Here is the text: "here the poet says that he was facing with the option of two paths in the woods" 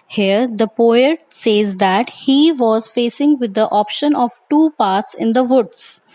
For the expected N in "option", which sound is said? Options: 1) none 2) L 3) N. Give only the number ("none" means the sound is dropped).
3